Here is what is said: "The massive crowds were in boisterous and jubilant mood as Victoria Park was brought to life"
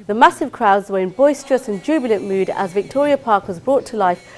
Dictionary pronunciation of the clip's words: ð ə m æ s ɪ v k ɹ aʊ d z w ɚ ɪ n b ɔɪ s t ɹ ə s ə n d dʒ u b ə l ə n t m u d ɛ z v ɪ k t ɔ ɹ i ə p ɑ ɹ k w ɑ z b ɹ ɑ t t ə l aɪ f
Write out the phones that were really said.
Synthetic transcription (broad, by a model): ð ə m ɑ s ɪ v k ɹ aʊ d z w ɚ ɪ n b ɔɪ s t ɹ ə s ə n dʒ u b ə l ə n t m u d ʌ z v ɪ k t ɔ ɹ i ə p ɑ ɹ k w ɑ z b ɹ ɑ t t ə l aɪ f